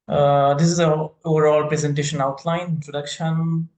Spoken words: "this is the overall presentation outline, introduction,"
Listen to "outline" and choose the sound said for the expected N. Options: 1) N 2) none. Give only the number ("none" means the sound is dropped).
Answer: 2